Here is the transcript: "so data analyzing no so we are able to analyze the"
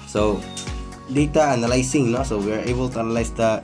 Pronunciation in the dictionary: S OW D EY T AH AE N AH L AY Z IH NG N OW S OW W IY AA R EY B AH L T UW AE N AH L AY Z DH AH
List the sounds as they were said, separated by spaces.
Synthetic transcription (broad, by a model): S OW D EY T AH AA N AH L AY S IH NG N OW S OW W IY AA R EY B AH L T UW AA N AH L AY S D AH